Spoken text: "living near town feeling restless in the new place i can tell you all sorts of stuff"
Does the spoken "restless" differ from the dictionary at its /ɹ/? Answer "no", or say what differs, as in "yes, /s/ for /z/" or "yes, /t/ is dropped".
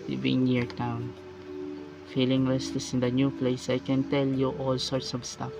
yes, /l/ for /ɹ/